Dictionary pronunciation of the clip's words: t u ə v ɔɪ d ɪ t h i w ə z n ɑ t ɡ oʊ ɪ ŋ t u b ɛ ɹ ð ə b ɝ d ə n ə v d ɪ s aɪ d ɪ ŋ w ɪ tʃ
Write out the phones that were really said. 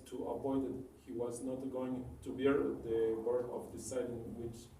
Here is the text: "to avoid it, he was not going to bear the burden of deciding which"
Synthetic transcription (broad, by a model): t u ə p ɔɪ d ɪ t h i w ə z n ɑ t ɡ oʊ ɪ ŋ t u b ɛ ɹ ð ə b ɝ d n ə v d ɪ s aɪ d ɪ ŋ w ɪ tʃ